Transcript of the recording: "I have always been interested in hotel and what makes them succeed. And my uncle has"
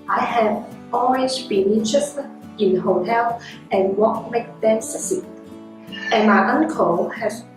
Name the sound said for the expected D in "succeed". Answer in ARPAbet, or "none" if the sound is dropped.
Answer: none